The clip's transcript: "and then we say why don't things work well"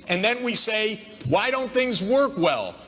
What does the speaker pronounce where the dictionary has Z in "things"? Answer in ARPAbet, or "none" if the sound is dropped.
Z